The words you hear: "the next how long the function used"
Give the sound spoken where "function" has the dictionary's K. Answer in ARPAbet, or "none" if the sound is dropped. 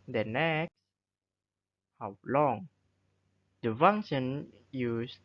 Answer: none